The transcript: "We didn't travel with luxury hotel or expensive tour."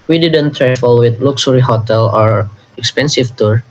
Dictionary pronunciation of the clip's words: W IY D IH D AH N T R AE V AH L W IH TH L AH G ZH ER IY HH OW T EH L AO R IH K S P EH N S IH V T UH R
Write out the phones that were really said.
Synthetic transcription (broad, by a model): W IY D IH D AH N T R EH F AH L W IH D L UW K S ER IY HH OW T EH L AO R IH K S P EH N S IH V T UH R